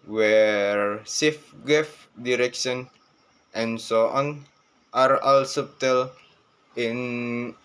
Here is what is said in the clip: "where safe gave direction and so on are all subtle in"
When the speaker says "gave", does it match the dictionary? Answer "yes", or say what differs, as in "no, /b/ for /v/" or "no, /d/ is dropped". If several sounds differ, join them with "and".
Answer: no, /f/ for /v/